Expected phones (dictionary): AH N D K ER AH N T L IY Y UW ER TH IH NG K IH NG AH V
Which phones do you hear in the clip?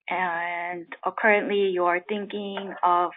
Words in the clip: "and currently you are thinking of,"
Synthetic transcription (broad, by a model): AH N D K ER AH N T L IY Y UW ER TH IH NG K IH NG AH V